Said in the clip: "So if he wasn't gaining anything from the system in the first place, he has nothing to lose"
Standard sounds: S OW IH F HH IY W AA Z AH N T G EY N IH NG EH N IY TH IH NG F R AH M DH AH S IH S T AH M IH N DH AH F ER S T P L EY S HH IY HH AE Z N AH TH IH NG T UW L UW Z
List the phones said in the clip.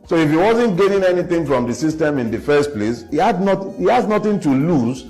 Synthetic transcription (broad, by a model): S OW IH F HH IY W AA Z AH N T G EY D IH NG EH N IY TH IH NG F R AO M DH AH S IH S T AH M IH N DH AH F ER S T P L EY S HH IY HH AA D N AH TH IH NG T UW L UW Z